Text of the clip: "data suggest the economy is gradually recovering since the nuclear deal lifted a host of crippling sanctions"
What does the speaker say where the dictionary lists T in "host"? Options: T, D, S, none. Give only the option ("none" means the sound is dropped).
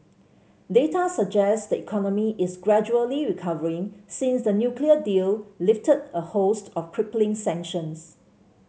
T